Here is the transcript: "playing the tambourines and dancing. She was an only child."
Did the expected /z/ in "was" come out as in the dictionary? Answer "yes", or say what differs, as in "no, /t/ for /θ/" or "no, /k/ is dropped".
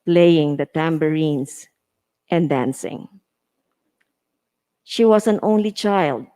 no, /s/ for /z/